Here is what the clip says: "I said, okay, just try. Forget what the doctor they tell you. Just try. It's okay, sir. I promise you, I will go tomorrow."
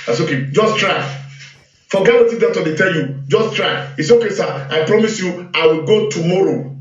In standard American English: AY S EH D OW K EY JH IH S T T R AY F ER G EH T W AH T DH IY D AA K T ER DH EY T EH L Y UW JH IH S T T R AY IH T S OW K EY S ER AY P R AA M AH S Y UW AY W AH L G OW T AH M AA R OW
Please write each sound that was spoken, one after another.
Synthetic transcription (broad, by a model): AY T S OW K EY JH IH S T T R AY F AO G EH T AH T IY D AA T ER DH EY T EH L Y UW JH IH S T T R AY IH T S OW K EY S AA AY P R AA M AH S Y UW AY W AH L G OW T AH M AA R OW